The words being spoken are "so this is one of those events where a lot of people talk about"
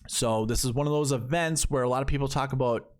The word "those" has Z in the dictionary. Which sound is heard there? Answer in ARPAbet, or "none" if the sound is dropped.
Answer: Z